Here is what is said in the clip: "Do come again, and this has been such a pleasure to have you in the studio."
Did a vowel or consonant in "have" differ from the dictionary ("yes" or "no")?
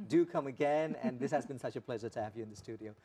no